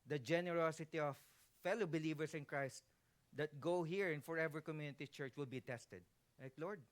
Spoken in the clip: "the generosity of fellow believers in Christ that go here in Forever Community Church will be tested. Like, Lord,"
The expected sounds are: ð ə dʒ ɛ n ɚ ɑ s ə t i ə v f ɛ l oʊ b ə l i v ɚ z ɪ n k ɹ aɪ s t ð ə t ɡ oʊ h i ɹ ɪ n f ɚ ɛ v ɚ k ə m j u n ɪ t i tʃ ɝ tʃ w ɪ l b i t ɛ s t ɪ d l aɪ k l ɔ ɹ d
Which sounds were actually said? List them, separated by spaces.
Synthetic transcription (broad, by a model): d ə dʒ ɛ n ɚ ɑ s ə t i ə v f ɛ l oʊ b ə l i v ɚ s ɪ n k ɹ aɪ s t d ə t ɡ oʊ h i ɹ ɪ n f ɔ ɛ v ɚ k ə m j u n ɪ t i tʃ ɝ tʃ w ɪ l b i t ɛ s t ɪ d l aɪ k l ɔ ɹ d